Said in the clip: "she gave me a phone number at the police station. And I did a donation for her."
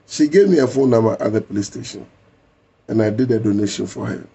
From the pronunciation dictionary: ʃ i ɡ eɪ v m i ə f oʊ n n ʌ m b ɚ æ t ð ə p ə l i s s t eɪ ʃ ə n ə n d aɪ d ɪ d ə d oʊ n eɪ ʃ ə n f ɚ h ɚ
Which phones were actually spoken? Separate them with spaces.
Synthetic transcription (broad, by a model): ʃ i ɡ eɪ v m i ə f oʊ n n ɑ m ɑ t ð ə p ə l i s s t eɪ ʃ ə n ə n aɪ d ɪ d ə d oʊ n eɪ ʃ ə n f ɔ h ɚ